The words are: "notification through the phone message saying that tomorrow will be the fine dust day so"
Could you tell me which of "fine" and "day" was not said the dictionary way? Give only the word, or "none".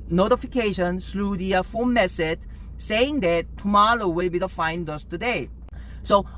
none